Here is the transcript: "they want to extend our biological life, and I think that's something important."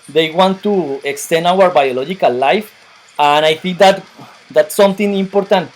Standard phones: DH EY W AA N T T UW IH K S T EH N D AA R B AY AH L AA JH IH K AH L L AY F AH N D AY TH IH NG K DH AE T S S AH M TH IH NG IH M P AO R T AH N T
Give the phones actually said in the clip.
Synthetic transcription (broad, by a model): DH EY W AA N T T UW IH K S T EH N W AA R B AY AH L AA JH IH K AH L L AY F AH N AY TH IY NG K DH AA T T S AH M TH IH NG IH M P AO R T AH N T